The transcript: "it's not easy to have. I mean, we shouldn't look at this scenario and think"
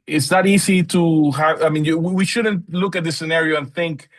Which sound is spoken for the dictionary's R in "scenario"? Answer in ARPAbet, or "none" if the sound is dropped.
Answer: R